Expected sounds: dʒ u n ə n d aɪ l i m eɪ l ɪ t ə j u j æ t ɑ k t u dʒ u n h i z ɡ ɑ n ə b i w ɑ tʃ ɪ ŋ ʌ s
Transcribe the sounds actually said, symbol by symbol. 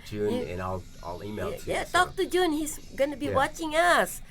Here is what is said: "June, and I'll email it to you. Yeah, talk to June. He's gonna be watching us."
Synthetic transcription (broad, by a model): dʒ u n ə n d aɪ l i ɪ l ɪ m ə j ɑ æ t ɑ k t u dʒ u n h i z ɡ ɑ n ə b i w ɑ tʃ ɪ ŋ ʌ s